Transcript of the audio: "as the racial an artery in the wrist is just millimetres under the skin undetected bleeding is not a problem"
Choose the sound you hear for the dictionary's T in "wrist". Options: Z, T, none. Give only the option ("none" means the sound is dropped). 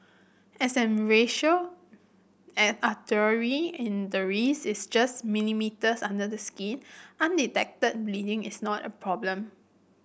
none